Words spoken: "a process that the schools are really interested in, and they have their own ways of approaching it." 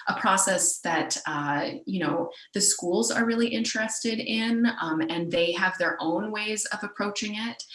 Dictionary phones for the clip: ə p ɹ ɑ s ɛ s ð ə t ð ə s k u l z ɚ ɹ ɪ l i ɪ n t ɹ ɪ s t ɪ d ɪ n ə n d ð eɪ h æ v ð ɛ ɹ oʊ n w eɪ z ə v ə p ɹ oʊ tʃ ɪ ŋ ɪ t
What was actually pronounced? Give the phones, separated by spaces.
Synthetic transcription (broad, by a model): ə p ɹ ɑ s ɛ s ð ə t ð ə s k u l z ɚ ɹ ɪ l i ɪ n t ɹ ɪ s t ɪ d ɪ n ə n ð eɪ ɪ v ð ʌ ɹ oʊ n w eɪ z ə v ə p ɹ oʊ tʃ ɪ ŋ ɪ t